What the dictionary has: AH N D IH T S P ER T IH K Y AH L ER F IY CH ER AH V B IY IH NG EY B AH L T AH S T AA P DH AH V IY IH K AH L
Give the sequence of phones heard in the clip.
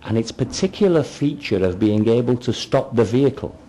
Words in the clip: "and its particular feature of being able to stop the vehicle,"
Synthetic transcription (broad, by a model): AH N IH T S P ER T IH K Y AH L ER F IY CH ER AH V B IY IH NG EY B AH L T AH S T AA P DH AH V IY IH K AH L